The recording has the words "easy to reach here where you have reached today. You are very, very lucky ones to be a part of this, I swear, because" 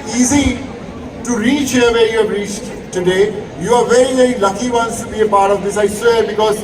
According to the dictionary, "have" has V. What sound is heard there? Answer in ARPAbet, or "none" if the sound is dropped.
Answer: B